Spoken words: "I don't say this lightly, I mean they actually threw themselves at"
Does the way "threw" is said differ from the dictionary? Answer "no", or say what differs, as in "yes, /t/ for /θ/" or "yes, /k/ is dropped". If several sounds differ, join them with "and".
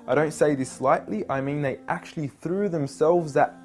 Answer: no